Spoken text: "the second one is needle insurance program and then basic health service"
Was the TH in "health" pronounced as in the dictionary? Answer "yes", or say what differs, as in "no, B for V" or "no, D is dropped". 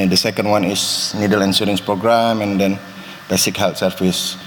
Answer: no, T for TH